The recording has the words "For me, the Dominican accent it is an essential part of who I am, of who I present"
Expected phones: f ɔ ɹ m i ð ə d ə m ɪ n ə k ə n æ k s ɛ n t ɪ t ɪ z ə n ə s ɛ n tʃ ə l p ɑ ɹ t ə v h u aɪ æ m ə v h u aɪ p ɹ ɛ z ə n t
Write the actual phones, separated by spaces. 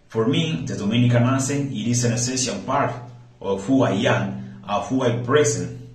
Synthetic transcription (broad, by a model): f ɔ ɹ m i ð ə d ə m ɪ n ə k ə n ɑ s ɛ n ɪ t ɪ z ə n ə s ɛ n s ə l p ɑ ɹ t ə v h u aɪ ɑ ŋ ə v h u aɪ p ɹ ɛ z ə n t